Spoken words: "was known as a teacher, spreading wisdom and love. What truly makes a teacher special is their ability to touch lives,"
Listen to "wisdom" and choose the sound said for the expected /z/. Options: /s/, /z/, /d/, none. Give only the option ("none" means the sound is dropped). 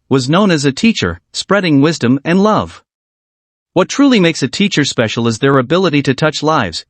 /z/